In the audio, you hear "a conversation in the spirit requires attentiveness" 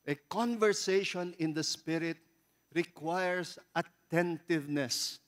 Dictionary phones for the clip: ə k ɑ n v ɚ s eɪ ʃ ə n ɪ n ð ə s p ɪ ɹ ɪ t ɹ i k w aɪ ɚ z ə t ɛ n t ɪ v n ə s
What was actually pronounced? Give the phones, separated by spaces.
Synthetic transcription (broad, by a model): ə k ɑ n v ɚ s eɪ ʃ ə n ɪ n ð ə s p ɪ ɹ ɪ t ɹ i k w aɪ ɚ s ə t ɛ n t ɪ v n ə s